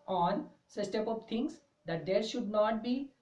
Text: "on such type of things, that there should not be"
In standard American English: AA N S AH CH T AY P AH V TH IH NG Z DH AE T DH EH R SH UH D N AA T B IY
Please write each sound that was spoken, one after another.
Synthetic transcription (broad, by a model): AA N S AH S T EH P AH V T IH NG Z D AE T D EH R SH UH D N AA T B IY